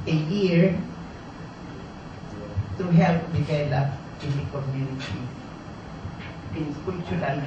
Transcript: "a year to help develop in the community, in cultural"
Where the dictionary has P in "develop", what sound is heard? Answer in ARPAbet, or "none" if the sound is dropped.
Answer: none